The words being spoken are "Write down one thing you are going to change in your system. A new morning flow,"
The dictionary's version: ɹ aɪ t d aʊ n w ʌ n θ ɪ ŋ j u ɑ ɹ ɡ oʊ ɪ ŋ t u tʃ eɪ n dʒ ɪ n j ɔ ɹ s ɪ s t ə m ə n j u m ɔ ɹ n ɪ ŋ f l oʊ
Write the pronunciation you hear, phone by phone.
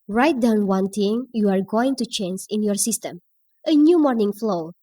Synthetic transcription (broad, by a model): ɹ aɪ t d aʊ n w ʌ n t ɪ ŋ j u ɑ ɹ ɡ oʊ ɪ ŋ t u tʃ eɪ n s ɪ n j ɔ ɹ s ɪ s t ə m ə n j u m ɔ ɹ n ɪ ŋ f l oʊ